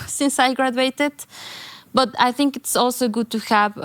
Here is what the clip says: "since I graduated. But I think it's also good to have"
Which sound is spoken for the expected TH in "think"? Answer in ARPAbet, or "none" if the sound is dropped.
TH